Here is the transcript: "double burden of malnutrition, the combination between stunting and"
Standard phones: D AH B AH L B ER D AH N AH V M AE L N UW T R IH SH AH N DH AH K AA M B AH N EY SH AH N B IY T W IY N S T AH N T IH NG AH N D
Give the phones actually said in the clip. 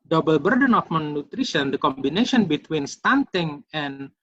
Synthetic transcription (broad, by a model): D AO B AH L B ER D AH N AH F M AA N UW T R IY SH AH N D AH K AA M B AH N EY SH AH N B IY T W IY N S T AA N T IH NG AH N